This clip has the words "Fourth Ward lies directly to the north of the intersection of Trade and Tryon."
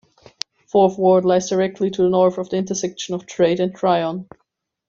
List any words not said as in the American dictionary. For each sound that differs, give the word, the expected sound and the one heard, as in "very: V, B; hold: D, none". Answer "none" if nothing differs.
none